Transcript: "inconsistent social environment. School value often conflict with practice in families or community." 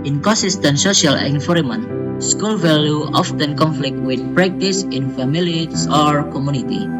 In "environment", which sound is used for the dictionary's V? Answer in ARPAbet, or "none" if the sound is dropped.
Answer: F